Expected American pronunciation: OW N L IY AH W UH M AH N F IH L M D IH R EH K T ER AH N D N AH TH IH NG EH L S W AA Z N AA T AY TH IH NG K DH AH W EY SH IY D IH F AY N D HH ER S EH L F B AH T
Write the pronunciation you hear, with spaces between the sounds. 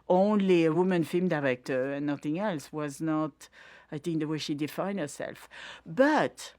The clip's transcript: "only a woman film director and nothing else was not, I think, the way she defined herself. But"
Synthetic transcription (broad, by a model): OW N L IY AH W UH M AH N F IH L M D IH R EH K T ER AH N N AH TH IH NG EH L S W AA Z N AA T AY TH IH NG K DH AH W EY SH IY D IH F AY N D HH ER S EH L F B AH T